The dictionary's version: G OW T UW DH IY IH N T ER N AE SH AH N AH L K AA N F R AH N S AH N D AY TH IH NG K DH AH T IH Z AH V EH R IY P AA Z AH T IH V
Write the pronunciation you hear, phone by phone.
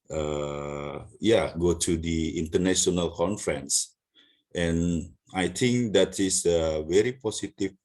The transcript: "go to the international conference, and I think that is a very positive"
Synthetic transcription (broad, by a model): G OW T UW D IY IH N T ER N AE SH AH N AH L K AA N F R AH N S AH N AY T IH NG K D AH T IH S AH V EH R IY P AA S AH T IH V